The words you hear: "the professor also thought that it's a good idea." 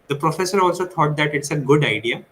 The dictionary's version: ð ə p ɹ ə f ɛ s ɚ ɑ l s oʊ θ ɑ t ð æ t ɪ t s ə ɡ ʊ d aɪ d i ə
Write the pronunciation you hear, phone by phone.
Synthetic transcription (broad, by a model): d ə p ɹ ə f ɛ s ɚ ɑ l s oʊ t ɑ t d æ t ɪ t s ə ɡ ʊ d aɪ d i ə